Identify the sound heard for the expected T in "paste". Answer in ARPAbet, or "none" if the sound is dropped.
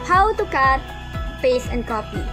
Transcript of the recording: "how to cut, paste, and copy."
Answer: none